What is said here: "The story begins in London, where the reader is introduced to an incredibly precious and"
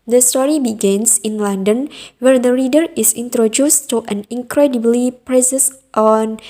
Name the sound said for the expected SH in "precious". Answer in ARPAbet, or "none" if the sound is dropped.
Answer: S